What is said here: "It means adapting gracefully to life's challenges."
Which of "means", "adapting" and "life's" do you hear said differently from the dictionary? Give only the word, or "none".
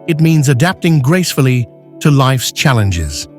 none